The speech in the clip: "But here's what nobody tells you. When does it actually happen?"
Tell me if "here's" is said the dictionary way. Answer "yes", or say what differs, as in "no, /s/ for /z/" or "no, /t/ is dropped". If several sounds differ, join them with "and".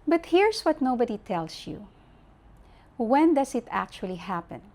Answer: no, /s/ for /z/